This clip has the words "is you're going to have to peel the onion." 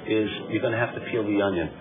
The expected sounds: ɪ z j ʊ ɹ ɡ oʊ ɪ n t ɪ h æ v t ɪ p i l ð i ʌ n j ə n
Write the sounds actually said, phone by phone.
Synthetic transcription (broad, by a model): ɪ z j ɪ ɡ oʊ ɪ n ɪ h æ f t ɪ f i l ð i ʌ n j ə n